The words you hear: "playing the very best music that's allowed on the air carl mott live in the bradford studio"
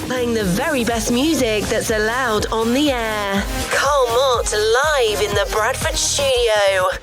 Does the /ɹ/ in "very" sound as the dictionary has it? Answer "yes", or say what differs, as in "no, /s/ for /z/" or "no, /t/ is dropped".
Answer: yes